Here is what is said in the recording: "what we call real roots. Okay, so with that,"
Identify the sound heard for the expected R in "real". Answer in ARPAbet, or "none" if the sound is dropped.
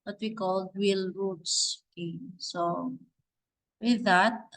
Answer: W